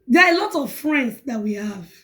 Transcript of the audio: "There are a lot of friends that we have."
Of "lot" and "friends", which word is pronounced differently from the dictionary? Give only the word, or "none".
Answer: friends